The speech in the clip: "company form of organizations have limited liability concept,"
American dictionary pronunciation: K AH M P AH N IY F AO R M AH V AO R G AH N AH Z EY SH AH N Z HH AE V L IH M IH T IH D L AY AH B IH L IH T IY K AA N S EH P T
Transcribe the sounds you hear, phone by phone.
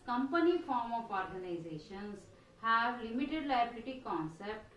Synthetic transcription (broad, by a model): K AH M P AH N IY F AO R M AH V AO R G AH N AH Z EY SH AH N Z HH AE V L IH M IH T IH D L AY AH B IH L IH T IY K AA N S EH P T